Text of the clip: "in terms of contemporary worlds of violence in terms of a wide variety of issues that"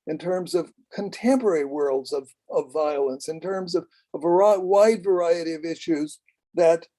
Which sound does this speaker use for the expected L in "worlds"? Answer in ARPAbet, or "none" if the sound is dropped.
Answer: L